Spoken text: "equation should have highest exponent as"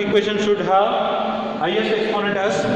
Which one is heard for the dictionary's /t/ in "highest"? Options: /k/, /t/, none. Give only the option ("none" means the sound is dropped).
none